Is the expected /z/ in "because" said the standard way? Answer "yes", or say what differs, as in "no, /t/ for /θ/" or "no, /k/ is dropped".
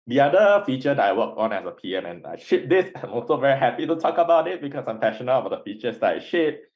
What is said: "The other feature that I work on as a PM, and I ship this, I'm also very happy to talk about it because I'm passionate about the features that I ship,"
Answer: no, /s/ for /z/